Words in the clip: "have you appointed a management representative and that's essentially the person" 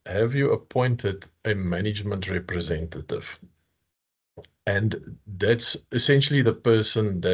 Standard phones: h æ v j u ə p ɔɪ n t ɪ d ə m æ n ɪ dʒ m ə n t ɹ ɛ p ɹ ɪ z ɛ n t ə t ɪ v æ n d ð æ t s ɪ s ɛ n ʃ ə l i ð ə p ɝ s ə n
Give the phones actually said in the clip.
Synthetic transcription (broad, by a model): h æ v j u ə p ɔɪ n t ɪ d ə m æ n ɪ dʒ m ə n t ɹ ɛ p ɹ ɪ z ɛ n t ə t ɪ v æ n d ð æ t s ɪ s ɛ n ʃ ə l i ð ə p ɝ s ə n